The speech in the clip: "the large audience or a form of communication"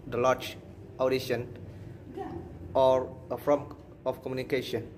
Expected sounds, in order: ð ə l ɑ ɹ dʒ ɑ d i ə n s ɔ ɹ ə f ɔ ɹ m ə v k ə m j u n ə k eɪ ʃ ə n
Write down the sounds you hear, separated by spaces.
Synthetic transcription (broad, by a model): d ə l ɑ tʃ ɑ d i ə n ɔ ɹ ə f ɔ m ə f k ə m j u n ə k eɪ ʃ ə n